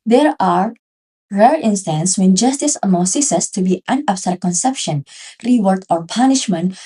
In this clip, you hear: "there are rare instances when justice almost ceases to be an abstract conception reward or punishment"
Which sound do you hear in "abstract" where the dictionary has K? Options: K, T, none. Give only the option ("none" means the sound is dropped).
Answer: none